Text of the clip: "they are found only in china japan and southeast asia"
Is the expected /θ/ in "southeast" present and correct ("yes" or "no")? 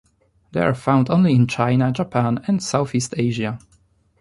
yes